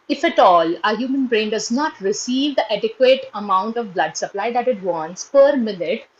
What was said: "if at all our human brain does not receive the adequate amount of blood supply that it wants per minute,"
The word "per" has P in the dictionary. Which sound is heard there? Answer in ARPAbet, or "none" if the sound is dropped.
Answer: P